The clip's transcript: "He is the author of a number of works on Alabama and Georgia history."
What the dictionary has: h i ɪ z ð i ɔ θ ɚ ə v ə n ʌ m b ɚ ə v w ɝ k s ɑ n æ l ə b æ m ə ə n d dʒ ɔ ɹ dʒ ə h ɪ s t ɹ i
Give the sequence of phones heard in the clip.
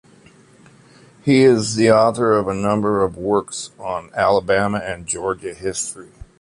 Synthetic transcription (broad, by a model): h i ɪ z ð i ɔ θ ɚ ə v ə n ʌ m b ɚ ə v w ɝ k s n æ l ə b æ m ə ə n dʒ ɔ ɹ dʒ ə h ɪ s t ɹ i